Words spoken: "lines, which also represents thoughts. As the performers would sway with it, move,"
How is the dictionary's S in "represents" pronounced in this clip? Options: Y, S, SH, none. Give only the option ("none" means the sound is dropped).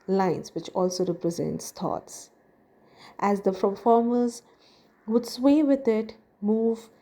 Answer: S